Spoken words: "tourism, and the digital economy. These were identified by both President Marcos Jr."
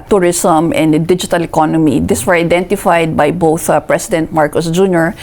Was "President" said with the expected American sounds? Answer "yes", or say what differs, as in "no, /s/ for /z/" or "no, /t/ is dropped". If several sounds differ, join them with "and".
no, /s/ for /z/